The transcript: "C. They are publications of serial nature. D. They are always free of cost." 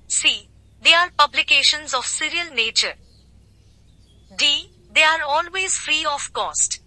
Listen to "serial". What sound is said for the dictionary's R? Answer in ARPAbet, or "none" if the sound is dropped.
R